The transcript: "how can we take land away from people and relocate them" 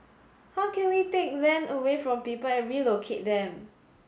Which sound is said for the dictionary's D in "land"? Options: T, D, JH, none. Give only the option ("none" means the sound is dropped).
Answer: none